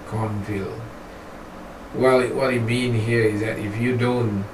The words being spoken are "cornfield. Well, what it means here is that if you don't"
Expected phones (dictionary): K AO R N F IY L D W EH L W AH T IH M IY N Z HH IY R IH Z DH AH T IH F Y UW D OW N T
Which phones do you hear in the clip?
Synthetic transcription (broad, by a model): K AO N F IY L W EH L W AH T IH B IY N HH IY R IH Z DH AH T IH F Y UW D OW N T